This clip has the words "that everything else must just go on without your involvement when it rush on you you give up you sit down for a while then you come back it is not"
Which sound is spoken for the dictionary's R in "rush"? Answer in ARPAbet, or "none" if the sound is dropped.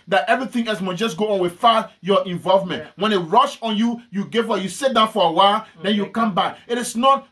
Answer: R